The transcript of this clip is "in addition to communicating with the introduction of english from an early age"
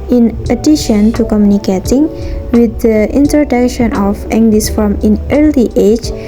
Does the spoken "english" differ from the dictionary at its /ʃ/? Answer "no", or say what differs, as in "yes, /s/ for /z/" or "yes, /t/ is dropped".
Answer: yes, /s/ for /ʃ/